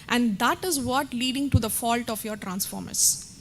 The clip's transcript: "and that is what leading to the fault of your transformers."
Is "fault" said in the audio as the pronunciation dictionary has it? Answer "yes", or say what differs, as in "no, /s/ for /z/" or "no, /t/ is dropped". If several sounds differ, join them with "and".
yes